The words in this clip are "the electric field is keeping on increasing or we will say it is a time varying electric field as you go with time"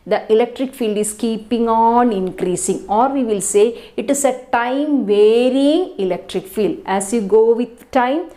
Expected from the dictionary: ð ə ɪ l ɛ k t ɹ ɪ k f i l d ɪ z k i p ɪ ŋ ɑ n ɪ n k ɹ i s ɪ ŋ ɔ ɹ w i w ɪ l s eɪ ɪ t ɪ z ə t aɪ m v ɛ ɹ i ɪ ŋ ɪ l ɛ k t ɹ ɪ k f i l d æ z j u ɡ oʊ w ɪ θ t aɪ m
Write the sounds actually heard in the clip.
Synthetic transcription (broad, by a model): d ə ɪ l ɛ k t ɹ ɪ k f i l d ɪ s k i p ɪ ŋ ɑ n ɪ n k ɹ i s ɪ ŋ ɔ ɹ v i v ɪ l s eɪ ɪ t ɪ s ə t aɪ m v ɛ ɹ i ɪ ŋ ɪ l ɛ k t ɹ ɪ k f i l d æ s j u ɡ oʊ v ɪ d t aɪ m